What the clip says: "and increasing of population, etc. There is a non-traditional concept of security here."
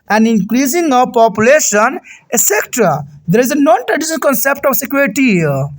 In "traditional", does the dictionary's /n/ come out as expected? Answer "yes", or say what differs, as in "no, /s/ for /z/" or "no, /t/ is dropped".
no, /n/ is dropped